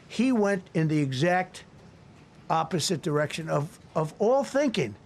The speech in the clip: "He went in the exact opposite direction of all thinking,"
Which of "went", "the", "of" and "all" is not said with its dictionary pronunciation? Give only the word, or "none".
none